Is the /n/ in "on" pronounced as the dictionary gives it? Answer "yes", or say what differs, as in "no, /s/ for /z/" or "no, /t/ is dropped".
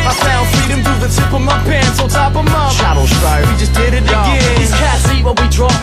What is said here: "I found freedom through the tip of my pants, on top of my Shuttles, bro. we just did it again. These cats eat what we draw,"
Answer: no, /l/ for /n/